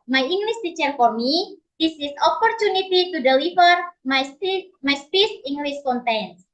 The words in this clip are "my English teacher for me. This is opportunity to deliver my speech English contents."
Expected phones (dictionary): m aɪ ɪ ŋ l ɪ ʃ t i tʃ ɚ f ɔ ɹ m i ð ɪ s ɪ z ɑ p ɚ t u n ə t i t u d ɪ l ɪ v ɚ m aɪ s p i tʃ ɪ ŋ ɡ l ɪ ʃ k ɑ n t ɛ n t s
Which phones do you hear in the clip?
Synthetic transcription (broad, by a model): m aɪ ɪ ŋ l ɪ s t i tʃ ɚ f ɔ ɹ m i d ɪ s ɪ s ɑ p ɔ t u n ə t i t u d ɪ l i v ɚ m aɪ s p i s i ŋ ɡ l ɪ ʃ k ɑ n t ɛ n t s